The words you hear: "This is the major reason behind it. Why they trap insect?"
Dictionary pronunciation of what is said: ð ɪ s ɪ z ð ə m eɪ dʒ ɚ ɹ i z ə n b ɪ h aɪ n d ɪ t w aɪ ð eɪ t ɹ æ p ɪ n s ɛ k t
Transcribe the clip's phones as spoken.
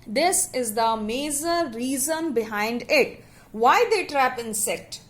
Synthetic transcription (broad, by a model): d ɪ s ɪ z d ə m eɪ z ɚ ɹ i z ə n b ɪ h aɪ n d ɪ t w aɪ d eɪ t ɹ æ p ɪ n s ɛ k t